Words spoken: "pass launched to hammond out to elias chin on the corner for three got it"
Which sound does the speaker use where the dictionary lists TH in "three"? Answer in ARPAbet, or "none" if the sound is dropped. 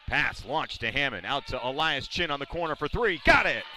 TH